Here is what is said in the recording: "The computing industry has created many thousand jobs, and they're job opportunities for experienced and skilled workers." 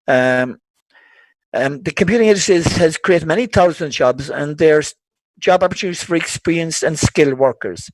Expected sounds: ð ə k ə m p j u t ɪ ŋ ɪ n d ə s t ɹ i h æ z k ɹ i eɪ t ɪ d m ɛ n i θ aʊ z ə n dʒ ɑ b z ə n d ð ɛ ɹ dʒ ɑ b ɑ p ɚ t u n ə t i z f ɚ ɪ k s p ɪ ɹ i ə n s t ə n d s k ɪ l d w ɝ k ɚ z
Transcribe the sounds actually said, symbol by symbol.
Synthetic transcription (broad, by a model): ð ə k ə m p j u t ɪ ŋ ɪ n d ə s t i h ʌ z k ɹ i eɪ t ɪ d m ɛ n i θ aʊ z ə n dʒ ɑ b z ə n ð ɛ ɹ dʒ ɑ b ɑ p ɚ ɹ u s f ɚ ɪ k s p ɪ ɹ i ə n s ə n s k ɪ l w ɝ k ɚ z